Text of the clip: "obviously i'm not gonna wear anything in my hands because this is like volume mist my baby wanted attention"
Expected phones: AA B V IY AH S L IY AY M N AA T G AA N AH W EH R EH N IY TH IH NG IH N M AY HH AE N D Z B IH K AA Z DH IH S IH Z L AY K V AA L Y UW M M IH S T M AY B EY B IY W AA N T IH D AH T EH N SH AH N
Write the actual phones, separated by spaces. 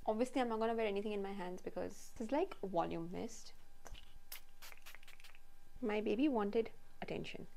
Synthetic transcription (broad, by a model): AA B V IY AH S L IY AY M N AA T G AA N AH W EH R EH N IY T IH NG IH N M AY HH AE N D Z B IH K AA Z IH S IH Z L AY K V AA L Y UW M M IH S T M AY B EY B IY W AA N T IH D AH T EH N SH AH N